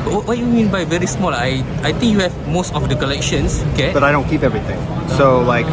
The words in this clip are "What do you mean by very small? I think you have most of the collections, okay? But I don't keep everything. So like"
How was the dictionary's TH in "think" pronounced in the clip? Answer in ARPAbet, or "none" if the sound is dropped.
T